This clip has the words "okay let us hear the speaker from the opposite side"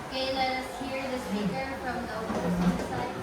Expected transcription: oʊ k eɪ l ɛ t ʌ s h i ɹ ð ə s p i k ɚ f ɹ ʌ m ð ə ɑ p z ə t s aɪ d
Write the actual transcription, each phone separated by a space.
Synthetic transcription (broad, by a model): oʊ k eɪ l ɛ t ʌ s h i ɹ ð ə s b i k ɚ f ɹ ʌ m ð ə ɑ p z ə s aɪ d